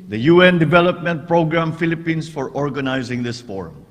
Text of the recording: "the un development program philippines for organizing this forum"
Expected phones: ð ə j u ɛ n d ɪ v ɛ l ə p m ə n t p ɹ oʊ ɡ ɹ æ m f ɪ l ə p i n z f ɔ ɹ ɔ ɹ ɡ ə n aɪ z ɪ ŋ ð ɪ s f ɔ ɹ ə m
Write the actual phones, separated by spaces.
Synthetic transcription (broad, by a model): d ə j u ɛ n d ɪ v ɛ l ə p m ə n t p ɹ oʊ ɡ ɹ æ m f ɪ l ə p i n s f ɔ ɹ ɔ ɹ ɡ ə n aɪ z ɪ ŋ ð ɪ s f ɔ ɹ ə m